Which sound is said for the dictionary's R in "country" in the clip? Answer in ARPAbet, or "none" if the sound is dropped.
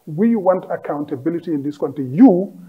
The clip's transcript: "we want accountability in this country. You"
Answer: none